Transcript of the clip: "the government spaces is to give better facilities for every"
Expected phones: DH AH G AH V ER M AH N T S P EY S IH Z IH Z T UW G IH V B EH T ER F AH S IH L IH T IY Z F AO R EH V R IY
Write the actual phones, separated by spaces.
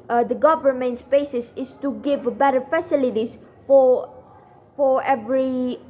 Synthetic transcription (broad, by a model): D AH G AH V ER M AH N T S B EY S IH S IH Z T UW G IH V B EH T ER F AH S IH L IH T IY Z F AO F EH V R IY